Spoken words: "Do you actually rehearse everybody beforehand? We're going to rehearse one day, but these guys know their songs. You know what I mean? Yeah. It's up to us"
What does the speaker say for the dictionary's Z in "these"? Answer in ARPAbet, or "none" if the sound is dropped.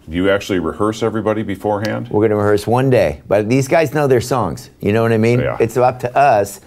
Z